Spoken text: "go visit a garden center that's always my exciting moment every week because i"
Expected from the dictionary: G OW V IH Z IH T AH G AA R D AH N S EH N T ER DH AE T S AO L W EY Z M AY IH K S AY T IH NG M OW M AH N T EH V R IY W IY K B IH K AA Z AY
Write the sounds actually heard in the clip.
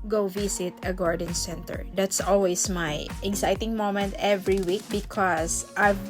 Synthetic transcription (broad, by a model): G OW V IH S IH T AH G AA R D AH N S EH N T ER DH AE T S AO L W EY S M AY IH K S AY T IH NG M OW M AH N T EH V R IY W IY K B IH K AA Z AY